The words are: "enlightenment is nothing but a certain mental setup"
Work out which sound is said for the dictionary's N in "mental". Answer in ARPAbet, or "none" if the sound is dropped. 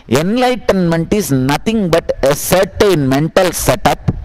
N